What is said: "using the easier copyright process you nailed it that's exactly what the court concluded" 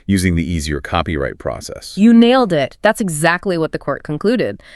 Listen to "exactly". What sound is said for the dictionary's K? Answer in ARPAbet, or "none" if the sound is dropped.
K